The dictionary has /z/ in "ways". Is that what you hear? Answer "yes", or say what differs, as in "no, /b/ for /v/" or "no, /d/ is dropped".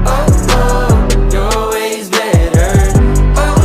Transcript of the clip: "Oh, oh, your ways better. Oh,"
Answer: yes